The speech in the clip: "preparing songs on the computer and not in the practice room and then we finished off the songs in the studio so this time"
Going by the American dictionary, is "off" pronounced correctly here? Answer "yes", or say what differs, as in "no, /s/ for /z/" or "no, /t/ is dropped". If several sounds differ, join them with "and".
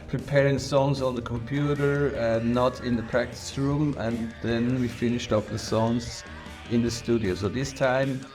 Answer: no, /p/ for /f/